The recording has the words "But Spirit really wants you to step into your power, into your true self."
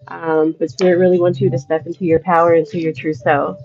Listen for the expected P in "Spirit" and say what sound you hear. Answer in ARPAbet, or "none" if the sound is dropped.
none